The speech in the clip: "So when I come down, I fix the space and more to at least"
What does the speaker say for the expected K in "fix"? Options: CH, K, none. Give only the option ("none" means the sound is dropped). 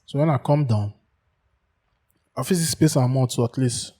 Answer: none